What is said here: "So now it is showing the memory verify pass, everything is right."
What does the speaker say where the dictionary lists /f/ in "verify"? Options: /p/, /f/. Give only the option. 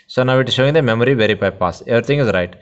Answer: /p/